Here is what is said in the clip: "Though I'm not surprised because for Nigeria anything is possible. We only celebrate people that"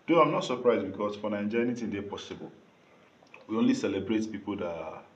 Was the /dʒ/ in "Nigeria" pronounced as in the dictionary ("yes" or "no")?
no